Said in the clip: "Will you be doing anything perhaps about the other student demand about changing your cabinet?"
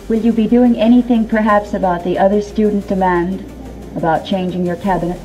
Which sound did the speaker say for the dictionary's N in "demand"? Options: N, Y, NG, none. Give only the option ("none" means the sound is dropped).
N